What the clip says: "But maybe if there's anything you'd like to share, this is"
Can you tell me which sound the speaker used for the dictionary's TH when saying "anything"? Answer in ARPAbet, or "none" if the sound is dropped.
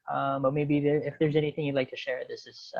TH